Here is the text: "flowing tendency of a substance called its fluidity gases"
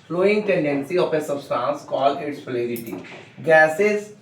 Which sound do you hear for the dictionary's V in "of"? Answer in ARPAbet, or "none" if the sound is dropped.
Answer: P